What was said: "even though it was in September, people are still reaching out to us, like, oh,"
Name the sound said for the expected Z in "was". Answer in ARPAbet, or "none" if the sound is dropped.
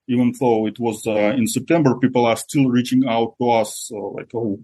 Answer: Z